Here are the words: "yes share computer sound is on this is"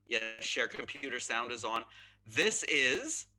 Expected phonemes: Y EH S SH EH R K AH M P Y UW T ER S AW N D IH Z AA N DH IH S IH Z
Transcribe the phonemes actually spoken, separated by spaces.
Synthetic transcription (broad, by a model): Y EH SH EH R K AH M P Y UW T ER S AW N D IH Z N DH IH S IH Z